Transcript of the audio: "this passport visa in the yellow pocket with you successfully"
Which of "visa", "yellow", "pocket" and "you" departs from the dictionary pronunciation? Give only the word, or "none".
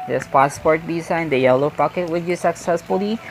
visa